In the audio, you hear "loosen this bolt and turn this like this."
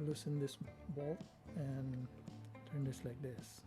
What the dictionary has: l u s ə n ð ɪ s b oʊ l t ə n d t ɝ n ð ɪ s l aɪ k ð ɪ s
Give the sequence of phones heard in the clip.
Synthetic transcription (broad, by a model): l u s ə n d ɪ s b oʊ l ə n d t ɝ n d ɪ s l aɪ k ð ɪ s